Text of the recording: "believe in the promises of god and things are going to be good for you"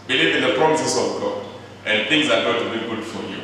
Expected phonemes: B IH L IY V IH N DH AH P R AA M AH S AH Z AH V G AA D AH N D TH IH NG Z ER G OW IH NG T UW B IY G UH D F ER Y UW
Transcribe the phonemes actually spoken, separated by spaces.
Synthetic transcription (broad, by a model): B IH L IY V IH N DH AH P R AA M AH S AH S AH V G AA D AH N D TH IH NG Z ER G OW T UW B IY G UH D F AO Y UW